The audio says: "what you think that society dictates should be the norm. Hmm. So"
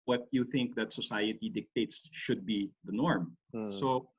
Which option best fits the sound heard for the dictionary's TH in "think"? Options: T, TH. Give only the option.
TH